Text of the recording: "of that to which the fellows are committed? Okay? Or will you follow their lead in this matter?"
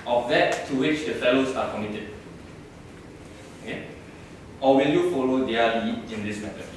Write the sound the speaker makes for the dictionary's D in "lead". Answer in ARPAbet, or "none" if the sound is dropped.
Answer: none